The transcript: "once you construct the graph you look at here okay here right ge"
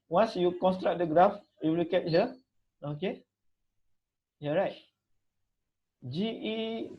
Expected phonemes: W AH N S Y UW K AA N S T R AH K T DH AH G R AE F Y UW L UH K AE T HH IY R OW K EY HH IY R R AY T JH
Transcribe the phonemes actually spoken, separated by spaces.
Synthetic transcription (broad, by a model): W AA N S Y UW K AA N S T R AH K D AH G R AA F Y UW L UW K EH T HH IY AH OW K EY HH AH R R AY T JH